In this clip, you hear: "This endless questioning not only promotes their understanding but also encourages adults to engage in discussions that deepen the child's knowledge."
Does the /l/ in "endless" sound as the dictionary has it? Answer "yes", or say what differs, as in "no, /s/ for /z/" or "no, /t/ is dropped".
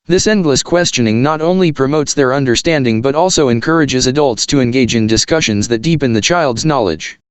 yes